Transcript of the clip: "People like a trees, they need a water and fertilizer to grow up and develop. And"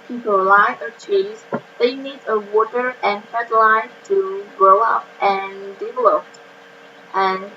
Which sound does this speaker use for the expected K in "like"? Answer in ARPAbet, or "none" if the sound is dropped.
none